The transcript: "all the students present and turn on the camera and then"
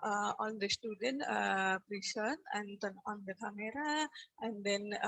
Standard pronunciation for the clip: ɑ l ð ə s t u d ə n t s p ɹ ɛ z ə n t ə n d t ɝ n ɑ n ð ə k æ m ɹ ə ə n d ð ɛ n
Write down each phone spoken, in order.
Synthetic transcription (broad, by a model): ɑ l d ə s t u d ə n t p ɹ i s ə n ə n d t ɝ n ɑ n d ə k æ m ɹ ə ə n d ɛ n